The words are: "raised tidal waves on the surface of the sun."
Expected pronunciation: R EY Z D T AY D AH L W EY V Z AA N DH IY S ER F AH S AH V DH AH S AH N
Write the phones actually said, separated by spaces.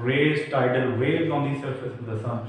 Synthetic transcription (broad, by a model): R EY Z T AY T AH L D EY Z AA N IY S ER F AH S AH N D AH S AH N